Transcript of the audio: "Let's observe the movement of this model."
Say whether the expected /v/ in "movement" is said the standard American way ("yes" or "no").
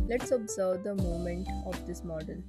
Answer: no